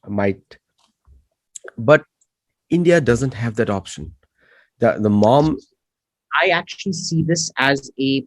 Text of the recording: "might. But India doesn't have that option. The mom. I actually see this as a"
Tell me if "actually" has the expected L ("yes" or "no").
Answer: yes